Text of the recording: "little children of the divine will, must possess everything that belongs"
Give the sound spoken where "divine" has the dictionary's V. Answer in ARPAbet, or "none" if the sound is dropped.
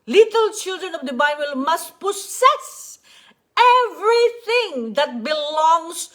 B